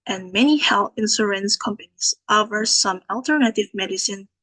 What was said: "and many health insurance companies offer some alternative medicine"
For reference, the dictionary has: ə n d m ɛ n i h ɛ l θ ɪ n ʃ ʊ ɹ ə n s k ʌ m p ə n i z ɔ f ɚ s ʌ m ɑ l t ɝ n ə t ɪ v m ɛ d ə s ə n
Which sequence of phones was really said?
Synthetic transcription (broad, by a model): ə n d m ɛ n i h ɛ l θ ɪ n s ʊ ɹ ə n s k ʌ m p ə n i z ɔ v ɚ s ʌ m ɑ l t ɝ n ə t ɪ v m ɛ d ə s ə n